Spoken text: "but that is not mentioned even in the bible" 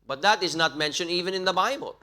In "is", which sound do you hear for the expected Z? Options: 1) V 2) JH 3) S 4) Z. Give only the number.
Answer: 4